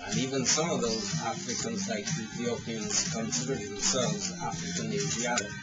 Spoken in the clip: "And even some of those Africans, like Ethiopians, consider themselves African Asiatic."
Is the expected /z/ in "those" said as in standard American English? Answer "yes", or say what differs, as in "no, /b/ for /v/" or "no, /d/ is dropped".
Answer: yes